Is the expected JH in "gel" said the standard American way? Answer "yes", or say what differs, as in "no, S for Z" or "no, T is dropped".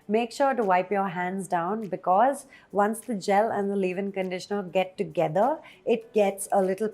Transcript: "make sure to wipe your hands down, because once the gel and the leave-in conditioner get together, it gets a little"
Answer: yes